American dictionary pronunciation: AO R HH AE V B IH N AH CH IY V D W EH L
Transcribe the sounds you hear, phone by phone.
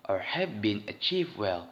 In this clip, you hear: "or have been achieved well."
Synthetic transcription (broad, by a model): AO R HH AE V B IH N AH CH IY V D W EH L